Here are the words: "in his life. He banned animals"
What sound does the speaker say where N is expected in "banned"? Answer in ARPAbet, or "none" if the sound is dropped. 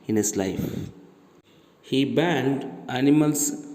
N